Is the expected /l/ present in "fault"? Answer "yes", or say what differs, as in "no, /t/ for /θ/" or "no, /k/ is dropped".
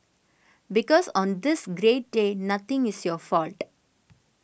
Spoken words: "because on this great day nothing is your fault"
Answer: yes